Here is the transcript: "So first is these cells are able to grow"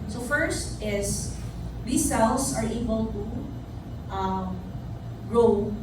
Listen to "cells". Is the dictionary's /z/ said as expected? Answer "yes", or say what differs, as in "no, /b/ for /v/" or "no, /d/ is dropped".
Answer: no, /s/ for /z/